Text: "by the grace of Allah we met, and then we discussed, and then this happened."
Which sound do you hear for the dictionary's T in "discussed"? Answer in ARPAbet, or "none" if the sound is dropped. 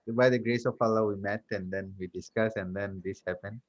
none